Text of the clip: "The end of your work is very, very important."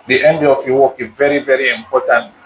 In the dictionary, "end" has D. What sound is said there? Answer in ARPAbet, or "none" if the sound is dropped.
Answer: D